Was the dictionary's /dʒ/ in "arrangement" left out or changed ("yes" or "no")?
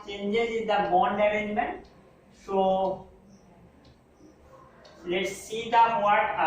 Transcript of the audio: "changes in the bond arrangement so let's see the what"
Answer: yes